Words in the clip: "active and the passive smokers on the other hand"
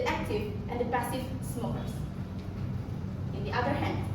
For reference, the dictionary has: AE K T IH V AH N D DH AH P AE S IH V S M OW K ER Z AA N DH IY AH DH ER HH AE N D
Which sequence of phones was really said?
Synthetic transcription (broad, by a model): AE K T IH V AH N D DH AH B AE S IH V S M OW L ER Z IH N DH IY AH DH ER HH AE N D